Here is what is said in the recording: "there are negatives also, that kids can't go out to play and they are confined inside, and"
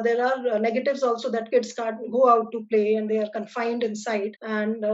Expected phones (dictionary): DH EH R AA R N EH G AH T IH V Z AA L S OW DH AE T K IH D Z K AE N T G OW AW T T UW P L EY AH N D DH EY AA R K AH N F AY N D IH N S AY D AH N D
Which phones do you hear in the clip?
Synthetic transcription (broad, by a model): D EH R AA R N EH G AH T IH V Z AA L S OW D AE T K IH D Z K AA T G OW AW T T UW P L EY AH N D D EY AA R K AH N F AY N D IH N S AY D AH N D